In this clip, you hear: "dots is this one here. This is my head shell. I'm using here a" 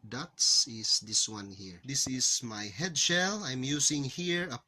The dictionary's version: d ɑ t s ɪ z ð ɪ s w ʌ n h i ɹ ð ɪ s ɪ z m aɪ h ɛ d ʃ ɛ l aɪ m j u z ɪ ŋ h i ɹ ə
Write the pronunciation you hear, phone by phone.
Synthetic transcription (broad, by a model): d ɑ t s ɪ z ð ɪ s w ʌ n h i ɹ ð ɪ s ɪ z m aɪ h ɛ d ʃ ɛ l aɪ m j u s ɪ ŋ h i ɹ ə